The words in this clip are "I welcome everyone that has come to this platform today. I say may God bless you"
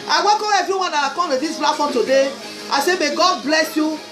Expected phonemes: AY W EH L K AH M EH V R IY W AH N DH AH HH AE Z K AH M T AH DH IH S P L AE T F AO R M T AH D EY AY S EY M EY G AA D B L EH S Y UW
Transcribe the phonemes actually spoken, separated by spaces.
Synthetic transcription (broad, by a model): AY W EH K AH EH V R IY W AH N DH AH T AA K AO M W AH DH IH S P L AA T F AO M T AH D EY AY S EY M EY G AA D B L EH S Y UW